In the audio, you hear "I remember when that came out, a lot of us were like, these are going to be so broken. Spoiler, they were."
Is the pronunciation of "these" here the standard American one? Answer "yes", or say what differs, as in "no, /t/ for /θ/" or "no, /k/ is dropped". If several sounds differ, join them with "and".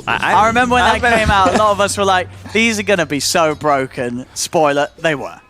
yes